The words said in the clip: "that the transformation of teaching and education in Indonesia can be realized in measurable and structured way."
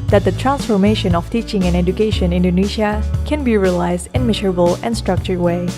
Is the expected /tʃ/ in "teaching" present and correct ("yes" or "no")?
yes